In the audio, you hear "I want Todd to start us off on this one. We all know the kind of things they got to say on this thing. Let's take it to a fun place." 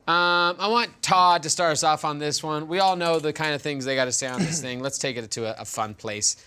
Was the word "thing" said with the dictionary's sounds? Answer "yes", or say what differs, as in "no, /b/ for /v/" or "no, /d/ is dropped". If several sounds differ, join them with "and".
yes